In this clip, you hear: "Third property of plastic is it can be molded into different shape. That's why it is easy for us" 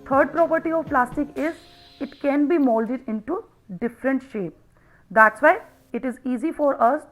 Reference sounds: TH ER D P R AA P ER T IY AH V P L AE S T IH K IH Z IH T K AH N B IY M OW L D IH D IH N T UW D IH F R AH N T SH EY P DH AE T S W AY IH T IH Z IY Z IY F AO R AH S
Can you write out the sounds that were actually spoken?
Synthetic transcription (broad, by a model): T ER D P R AA P ER T IY AH V P L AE S T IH K IH Z IH T K AH N B IY M OW L D IH D IH N T UW D IH F R AH N T SH EY P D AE T S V AY IH T IH Z IY Z IY F AO R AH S